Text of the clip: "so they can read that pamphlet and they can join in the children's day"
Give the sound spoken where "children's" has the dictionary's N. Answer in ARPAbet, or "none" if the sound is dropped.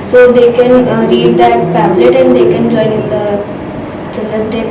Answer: none